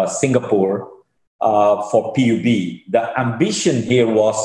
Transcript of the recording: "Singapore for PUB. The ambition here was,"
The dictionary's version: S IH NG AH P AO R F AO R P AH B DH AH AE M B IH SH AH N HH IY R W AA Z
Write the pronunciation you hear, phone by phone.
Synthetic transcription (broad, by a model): S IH NG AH P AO R F AO R P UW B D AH AE M B IH SH AH N HH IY R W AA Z